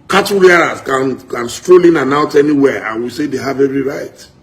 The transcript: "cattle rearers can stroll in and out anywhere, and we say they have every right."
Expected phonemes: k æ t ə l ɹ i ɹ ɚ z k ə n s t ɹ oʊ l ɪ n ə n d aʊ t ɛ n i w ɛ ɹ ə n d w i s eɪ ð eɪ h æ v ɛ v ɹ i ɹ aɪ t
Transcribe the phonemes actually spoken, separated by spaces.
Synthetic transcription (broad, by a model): k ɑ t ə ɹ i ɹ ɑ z k ə n s t ɹ oʊ l ɪ n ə n aʊ t ɛ n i w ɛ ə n w i s eɪ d eɪ h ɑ v ɛ v ɹ i ɹ aɪ t